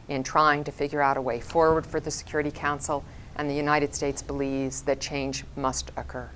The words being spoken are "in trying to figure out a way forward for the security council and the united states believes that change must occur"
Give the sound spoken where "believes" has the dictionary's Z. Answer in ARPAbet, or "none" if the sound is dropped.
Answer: Z